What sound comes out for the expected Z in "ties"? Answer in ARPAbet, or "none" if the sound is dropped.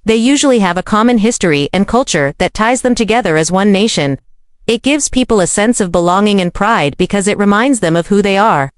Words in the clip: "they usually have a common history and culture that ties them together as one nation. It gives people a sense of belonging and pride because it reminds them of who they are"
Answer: Z